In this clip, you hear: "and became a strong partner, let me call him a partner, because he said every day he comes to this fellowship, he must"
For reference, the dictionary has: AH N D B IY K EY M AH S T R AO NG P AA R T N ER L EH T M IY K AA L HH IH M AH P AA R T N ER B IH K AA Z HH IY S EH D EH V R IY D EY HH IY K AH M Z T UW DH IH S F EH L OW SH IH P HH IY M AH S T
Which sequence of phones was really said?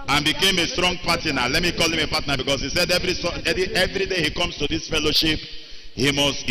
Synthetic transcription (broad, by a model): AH N B IY K EY M AH S T R AO NG P AA T N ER L EH T M IY K AA L HH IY M AH P AA T N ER B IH K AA S HH IY S EH D EH V R IY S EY HH IY K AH M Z T UW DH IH S F EH L OW SH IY P HH IY M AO S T